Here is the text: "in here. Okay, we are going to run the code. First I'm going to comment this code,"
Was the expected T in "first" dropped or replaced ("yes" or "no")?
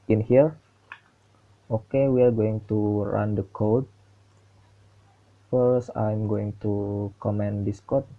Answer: yes